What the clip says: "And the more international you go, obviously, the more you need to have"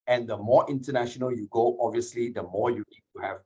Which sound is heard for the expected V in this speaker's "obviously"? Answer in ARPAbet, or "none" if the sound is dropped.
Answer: V